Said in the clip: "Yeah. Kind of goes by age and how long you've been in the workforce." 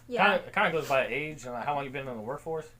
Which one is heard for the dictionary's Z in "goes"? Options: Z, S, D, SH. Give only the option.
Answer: Z